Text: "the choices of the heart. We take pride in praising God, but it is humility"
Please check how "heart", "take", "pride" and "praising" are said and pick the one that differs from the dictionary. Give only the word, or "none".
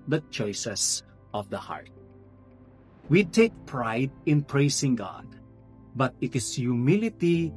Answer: praising